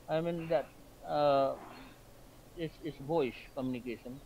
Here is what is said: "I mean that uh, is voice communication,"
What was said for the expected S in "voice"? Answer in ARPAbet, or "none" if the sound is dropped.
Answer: SH